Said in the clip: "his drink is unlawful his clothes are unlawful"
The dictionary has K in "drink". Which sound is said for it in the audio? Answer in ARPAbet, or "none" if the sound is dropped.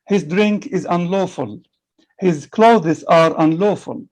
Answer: K